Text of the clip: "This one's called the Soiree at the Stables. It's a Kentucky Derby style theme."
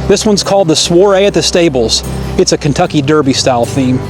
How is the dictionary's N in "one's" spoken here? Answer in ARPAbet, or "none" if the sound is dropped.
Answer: N